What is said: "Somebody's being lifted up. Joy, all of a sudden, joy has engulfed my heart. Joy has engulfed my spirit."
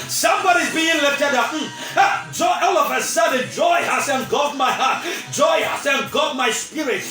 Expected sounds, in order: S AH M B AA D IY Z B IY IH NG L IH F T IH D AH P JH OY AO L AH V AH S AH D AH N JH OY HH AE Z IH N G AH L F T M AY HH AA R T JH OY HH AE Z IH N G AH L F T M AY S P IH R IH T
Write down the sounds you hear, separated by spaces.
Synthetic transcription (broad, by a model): S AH M B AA D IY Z B IY IH NG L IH T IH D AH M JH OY AO L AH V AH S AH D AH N JH OY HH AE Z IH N G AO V M AY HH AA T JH OY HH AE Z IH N G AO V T M AY S P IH R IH T